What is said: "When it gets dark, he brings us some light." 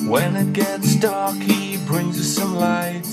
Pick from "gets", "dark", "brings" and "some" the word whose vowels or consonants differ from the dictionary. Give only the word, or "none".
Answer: none